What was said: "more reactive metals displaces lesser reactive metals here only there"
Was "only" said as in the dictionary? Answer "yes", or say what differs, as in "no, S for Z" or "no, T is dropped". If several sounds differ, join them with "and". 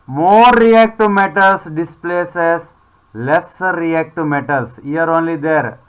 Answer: yes